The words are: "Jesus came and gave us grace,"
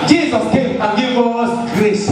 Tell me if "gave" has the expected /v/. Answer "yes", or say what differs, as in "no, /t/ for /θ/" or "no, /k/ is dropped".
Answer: no, /v/ is dropped